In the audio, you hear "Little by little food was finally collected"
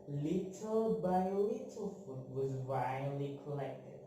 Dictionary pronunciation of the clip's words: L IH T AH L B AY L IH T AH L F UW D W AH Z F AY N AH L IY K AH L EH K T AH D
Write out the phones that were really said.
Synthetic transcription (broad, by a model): L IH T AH L B AY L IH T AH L F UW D W AH Z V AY AH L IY K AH L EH K T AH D